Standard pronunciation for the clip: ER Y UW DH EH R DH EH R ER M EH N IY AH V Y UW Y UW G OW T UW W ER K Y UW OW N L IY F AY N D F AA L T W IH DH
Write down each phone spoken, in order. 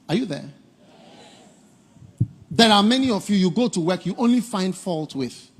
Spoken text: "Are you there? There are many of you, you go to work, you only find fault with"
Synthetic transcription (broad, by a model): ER Y UW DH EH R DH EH R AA M EH N IY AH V Y UW Y UW G OW T UW W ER K Y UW OW N L IY F AY N D F AA L T W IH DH